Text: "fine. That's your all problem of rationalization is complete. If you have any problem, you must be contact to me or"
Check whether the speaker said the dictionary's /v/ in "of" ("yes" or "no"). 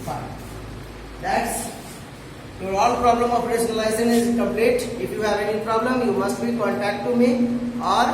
no